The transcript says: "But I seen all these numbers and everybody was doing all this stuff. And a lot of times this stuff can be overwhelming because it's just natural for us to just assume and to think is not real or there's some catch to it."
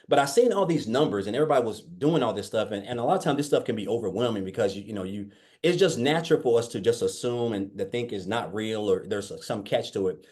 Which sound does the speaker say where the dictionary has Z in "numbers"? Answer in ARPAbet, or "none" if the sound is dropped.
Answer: Z